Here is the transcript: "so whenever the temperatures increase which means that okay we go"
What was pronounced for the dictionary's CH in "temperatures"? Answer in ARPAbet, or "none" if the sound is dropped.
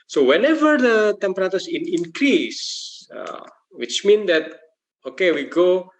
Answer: S